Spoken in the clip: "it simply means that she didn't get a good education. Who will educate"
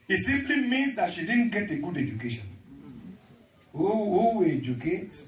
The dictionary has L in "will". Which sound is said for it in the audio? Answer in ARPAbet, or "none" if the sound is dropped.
W